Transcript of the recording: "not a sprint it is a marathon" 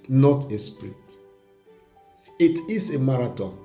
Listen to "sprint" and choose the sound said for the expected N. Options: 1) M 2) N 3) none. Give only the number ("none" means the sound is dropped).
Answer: 3